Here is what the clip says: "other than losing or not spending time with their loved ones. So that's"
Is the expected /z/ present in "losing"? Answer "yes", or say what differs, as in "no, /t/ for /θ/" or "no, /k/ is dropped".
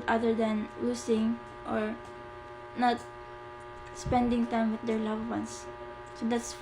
no, /s/ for /z/